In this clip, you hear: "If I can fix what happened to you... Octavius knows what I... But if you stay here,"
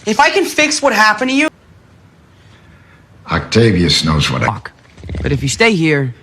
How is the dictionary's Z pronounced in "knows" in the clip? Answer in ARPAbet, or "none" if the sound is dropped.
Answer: Z